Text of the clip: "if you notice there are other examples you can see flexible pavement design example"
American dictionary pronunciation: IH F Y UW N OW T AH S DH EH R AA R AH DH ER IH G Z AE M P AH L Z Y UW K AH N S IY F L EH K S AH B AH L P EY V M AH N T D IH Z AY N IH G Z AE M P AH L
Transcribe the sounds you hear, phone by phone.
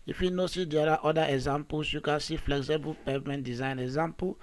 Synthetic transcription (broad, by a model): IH F Y UW N OW S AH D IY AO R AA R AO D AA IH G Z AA M P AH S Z Y UW K AH N S IY F L EH K S AH B AH L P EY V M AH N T D IH Z AY N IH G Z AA M P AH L